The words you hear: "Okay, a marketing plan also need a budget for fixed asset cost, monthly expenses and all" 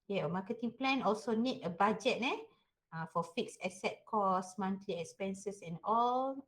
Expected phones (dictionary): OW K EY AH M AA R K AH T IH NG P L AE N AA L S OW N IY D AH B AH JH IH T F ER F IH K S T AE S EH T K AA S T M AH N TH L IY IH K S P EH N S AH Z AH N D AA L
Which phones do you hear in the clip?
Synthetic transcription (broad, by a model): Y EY AH M AA K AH T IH NG P L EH N AA L S OW N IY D AH B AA JH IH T F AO F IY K S EH S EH T K AA S M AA N T L IY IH K S P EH N S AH S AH N AA L